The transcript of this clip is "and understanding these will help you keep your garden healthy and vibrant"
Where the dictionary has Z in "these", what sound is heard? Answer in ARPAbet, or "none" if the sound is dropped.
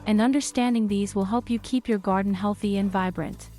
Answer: Z